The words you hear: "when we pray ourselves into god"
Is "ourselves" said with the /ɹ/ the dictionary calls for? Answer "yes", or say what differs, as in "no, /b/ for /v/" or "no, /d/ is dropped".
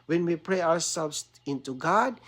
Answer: no, /w/ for /ɹ/